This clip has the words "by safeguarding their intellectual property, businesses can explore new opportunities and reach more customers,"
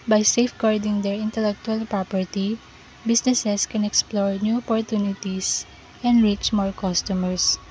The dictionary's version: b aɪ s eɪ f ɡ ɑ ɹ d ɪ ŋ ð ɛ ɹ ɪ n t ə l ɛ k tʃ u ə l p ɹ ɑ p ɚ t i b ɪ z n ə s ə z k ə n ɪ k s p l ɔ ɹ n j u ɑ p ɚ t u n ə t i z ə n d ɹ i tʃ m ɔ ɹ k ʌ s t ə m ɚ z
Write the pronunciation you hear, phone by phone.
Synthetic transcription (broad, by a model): b aɪ s eɪ f ɡ ɑ ɹ d ɪ ŋ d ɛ ɹ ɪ n t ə l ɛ k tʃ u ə l p ɹ ɑ p ɚ t i b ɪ s n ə s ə s k ə n ɪ k s p l ɔ ɹ n j u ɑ p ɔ t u n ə t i s ə n d ɹ i tʃ m ɔ ɹ k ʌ s t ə m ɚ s